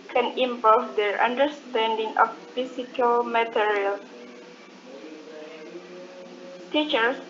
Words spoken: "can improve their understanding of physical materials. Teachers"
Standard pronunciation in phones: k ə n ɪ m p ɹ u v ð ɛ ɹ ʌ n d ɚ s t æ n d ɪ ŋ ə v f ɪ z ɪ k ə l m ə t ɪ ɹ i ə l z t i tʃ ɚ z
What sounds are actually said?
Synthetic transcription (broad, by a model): k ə n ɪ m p ɔ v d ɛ ɹ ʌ n d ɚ s t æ n d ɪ ŋ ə f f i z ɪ k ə l m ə t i ɹ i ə l s t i tʃ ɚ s